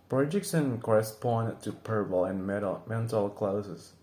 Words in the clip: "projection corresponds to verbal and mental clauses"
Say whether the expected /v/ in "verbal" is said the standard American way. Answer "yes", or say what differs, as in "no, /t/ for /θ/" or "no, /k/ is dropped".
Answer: no, /p/ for /v/